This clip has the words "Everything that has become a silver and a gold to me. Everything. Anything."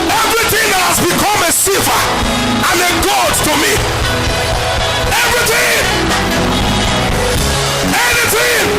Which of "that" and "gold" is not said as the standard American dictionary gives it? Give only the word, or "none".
gold